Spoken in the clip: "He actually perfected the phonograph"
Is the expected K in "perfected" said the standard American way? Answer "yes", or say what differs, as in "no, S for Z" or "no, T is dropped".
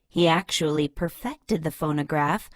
yes